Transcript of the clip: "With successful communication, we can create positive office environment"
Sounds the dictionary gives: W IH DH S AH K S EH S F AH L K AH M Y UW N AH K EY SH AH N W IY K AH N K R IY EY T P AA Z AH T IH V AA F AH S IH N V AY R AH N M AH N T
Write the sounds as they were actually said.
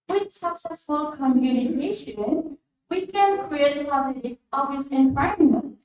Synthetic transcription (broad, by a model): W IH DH S AH K S EH S F AH L K AH M Y UW N AH K EY SH AH N W IY K AH N K R IY EY T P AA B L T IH AA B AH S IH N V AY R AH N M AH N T